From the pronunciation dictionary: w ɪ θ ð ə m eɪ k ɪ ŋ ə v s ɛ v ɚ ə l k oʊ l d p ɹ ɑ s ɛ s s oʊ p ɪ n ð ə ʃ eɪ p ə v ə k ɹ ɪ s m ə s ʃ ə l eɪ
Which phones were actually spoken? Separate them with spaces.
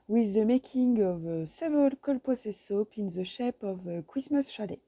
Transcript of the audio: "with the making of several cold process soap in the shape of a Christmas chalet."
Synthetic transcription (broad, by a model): w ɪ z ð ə m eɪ k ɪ ŋ ə v s ɛ v ɚ ə l k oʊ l p ɑ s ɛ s s oʊ p ɪ n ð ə ʃ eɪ p ə v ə k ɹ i s m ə s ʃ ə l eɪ